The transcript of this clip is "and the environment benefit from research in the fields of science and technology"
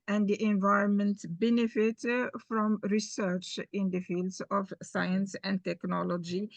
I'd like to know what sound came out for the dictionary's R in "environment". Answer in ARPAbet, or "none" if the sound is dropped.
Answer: R